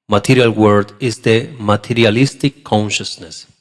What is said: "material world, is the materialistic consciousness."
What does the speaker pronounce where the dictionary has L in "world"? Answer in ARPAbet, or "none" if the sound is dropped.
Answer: none